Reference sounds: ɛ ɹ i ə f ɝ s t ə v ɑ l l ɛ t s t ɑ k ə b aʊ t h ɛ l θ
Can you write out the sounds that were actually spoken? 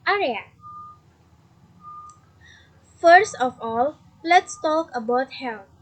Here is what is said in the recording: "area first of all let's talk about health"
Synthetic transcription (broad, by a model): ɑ ɹ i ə f ɝ s t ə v ɑ l l ɛ t s t ɑ k ə b aʊ t h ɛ l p